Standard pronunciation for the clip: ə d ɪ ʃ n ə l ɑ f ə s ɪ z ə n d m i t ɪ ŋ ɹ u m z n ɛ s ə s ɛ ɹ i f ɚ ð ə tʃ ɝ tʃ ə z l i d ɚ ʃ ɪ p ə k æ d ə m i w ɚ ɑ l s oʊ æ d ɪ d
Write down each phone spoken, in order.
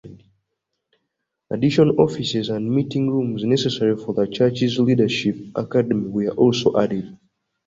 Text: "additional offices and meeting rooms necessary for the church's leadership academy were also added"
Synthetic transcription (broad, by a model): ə d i ʃ ə n ɑ f ə s ɪ z ə n d m i t ɪ ŋ ɹ u m z n ɛ s ə s ɛ ɹ i f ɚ ð ə tʃ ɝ tʃ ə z l i d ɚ ʃ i p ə k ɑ d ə m i w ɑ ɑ l s oʊ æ d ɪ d